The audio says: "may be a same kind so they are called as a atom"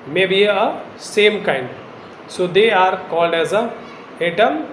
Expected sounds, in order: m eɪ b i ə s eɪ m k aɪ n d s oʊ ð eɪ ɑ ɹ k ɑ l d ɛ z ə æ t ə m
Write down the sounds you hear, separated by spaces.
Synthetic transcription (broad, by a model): m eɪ b i ə s eɪ m k aɪ n d s oʊ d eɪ ɑ ɹ k ɑ l d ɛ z ə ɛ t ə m